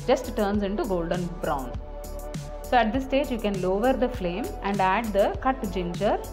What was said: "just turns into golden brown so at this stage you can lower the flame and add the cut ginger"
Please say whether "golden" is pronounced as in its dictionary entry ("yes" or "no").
yes